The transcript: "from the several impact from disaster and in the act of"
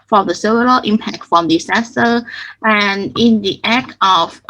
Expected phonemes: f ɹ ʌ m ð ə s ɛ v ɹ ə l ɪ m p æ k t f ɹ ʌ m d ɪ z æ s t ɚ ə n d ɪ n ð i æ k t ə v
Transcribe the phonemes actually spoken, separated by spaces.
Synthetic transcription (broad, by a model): f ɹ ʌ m ð ə s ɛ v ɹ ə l ɪ m p æ k t f ɹ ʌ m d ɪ s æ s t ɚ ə n ɪ n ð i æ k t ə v